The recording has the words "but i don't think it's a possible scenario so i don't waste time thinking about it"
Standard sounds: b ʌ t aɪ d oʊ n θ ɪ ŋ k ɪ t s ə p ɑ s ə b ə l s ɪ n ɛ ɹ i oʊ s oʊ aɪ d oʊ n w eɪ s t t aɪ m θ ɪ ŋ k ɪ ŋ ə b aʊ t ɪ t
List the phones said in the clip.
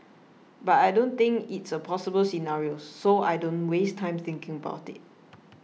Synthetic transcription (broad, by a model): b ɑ t aɪ d oʊ n t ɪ ŋ k ɪ t s ə p ɑ s ə b ə l s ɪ n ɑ ɹ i oʊ s oʊ aɪ d oʊ n w eɪ s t t aɪ m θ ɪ ŋ k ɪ ŋ ə b aʊ t ɪ t